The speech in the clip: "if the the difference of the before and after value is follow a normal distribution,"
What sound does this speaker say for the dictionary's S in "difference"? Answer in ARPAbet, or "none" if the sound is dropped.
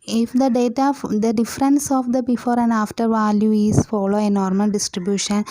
S